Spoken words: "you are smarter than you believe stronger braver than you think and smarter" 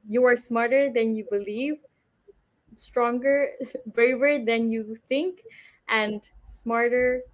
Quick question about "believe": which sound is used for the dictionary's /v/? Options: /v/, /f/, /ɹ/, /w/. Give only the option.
/v/